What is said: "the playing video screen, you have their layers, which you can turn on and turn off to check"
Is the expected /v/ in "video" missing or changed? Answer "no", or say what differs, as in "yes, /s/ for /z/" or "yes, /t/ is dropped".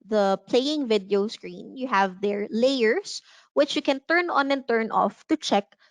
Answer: no